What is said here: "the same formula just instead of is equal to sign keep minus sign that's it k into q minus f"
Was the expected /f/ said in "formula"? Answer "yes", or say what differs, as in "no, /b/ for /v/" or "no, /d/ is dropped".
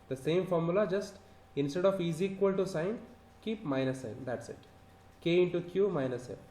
yes